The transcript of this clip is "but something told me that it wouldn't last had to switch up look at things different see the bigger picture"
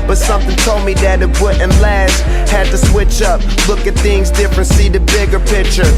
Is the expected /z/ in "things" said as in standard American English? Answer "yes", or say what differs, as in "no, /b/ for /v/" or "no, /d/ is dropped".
yes